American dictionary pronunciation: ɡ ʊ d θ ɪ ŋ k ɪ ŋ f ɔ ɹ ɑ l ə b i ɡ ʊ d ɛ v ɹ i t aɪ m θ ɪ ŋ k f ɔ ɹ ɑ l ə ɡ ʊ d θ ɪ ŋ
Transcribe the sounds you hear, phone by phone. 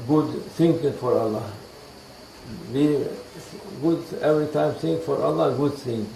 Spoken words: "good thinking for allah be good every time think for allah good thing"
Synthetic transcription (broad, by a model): ɡ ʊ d s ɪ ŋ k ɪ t f ɔ ɹ ɑ l ə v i ɡ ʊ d ɛ v ɹ i t aɪ m s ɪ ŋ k f ɔ ɹ ɑ l ə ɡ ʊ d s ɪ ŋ